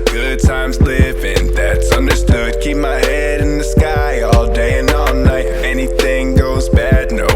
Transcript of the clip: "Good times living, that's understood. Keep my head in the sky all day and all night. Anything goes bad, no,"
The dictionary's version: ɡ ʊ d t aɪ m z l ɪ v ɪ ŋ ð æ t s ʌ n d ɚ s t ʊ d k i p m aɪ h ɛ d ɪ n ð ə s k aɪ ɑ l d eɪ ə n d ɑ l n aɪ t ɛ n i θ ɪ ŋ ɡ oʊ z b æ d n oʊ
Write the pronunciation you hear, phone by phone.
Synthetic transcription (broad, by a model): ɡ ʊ d t aɪ m z l ɪ v ɪ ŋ ð æ t s ʌ n d ɚ s t ʊ d k i p m aɪ h ɛ d ɪ n ð ə s k aɪ ɑ l d eɪ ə n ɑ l n aɪ t ɛ n i θ ɪ ŋ ɡ oʊ z b æ d n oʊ